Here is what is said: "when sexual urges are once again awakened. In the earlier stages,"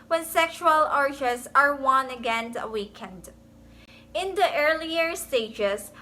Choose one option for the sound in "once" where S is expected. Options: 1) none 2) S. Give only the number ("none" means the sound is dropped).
1